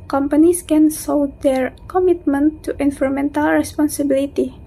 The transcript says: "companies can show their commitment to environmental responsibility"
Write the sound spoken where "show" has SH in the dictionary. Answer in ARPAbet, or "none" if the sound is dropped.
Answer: S